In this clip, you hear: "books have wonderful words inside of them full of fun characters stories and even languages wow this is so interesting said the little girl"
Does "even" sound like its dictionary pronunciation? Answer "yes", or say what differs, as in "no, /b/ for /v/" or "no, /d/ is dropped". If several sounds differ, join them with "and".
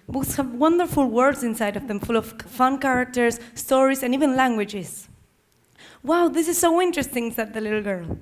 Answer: yes